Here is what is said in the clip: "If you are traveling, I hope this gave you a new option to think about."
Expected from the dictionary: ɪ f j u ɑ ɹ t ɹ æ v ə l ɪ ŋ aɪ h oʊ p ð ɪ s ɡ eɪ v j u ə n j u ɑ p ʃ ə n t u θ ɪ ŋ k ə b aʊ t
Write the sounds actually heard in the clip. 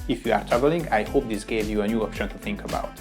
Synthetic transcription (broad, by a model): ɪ f j u ɑ ɹ t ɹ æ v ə l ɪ ŋ aɪ h oʊ p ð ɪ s ɡ eɪ v j u ə n j u ɑ p ʃ ə n t u θ ɪ ŋ k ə b aʊ t